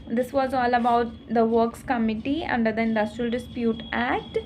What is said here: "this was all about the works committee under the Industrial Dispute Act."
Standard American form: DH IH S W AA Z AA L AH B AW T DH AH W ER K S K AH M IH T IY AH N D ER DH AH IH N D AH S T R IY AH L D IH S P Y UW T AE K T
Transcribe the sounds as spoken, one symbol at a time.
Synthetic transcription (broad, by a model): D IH S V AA Z AA L AH B AW T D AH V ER K S K AH M IH T IY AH N D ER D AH IH N D AH S T R IY AH L D IH S P Y UW T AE K T